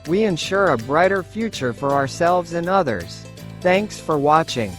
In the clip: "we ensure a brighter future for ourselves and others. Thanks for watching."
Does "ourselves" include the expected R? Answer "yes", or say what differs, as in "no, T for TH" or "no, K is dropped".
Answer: yes